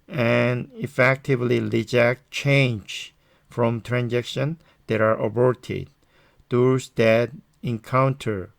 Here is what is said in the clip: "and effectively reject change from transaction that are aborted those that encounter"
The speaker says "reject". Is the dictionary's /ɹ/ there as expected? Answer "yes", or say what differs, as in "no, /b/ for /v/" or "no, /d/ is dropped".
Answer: no, /l/ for /ɹ/